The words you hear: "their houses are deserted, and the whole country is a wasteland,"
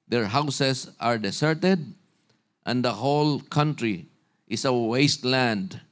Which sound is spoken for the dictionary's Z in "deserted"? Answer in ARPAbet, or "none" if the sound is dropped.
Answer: S